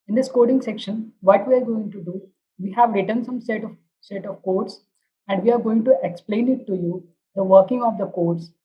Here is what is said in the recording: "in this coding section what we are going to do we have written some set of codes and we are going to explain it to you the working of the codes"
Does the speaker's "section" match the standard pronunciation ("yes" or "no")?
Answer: yes